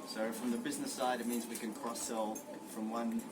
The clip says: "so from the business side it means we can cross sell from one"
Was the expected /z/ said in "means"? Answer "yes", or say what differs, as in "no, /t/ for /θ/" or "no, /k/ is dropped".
yes